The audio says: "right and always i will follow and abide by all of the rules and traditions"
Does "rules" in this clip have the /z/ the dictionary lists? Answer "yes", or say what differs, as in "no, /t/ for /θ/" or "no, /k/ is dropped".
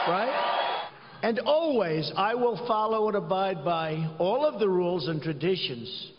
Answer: yes